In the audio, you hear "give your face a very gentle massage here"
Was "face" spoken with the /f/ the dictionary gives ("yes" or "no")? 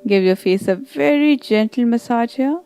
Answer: yes